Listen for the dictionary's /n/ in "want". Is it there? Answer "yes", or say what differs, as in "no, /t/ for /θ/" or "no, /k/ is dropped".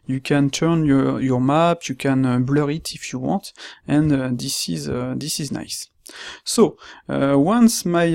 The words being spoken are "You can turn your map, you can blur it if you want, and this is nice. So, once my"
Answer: no, /n/ is dropped